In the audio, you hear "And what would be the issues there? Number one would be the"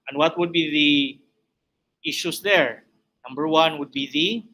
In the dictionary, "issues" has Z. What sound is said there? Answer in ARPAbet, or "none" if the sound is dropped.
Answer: S